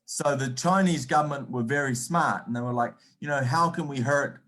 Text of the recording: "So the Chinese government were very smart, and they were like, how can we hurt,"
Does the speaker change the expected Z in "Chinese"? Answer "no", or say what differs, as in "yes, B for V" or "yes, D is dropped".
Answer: no